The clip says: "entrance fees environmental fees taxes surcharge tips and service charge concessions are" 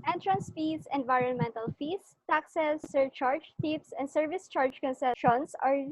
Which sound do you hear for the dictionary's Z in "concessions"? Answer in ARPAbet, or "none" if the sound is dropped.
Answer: S